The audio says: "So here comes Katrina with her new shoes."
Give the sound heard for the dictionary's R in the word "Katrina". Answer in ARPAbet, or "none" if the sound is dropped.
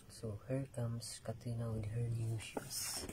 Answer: none